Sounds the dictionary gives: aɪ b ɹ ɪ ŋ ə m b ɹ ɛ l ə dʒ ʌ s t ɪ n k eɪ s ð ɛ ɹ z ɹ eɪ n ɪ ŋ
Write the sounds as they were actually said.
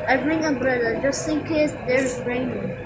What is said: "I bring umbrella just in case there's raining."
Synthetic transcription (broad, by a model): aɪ b ɹ ɪ ŋ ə b ɹ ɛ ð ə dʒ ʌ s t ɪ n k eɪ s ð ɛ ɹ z ɹ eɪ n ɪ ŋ